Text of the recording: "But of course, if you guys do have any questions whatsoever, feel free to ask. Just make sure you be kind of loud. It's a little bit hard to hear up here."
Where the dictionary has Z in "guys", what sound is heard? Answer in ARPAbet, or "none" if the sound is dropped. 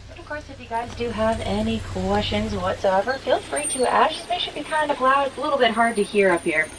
Z